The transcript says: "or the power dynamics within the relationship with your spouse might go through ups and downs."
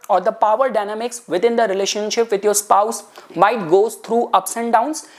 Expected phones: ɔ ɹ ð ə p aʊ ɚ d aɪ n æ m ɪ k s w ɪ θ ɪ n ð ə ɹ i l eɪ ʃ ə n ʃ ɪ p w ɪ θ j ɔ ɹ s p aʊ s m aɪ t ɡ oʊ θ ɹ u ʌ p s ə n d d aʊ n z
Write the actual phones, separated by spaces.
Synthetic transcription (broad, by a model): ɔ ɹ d ə p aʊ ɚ d aɪ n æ m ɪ k s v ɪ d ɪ n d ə ɹ i l eɪ ʃ ə n ʃ ɪ p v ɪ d j ɔ ɹ s p aʊ s m aɪ t ɡ oʊ t ɹ u ʌ p s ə n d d aʊ n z